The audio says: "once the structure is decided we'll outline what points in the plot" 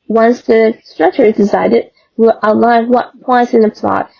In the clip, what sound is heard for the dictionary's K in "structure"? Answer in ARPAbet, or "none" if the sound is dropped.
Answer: K